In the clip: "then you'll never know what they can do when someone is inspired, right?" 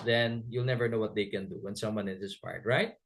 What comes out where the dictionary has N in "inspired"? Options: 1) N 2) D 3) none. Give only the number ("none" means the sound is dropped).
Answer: 3